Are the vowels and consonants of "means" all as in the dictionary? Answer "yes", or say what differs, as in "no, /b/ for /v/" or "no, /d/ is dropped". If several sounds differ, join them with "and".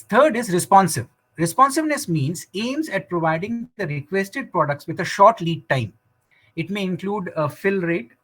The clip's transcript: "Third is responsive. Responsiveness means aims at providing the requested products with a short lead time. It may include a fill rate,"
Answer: yes